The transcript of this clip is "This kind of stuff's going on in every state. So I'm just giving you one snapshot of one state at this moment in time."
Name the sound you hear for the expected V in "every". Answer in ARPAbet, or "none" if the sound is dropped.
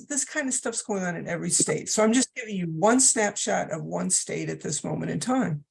V